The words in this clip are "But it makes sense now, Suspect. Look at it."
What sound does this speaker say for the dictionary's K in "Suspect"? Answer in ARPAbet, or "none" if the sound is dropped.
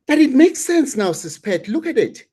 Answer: none